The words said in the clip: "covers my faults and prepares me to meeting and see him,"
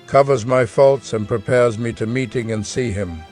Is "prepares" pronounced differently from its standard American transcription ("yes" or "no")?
no